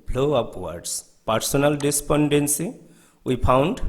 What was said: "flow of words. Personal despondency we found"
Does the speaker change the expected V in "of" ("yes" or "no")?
yes